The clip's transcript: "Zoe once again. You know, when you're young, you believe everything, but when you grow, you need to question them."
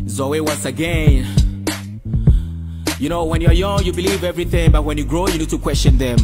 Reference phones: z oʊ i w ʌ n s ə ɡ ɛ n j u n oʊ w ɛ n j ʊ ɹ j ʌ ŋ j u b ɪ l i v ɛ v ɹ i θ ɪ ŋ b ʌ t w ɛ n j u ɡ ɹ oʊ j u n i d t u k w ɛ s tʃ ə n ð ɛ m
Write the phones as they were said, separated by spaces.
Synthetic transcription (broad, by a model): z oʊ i w ʌ n s ə ɡ ɛ n j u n oʊ w ɛ n j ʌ ɹ j ʌ ŋ j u b ɪ l i v ɛ v ɹ i θ ɪ ŋ b ʌ t w ɛ n j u ɡ ɹ oʊ j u n i d t u k w ɛ s tʃ ə n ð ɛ m